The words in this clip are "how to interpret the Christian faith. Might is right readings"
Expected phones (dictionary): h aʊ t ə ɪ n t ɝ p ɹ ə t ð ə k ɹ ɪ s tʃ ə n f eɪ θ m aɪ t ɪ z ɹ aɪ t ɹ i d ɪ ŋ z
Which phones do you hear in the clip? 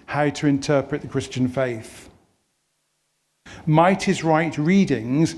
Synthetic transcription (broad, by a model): h aʊ t ə ɪ n t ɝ p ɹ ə t ð ə k ɹ ɪ s tʃ ə n f eɪ θ m aɪ t ɪ z ɹ aɪ t ɹ i d ɪ ŋ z